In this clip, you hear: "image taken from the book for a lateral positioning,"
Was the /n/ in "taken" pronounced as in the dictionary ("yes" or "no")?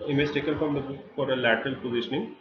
no